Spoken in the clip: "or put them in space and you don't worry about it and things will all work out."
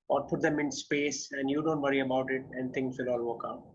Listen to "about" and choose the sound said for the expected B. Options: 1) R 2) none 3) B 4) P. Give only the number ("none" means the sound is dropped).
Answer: 3